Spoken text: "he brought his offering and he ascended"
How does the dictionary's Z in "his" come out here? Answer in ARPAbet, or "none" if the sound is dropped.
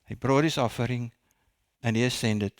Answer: S